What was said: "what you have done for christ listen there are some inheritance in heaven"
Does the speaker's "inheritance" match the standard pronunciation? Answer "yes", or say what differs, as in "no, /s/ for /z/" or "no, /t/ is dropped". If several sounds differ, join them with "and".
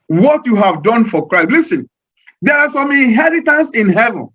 yes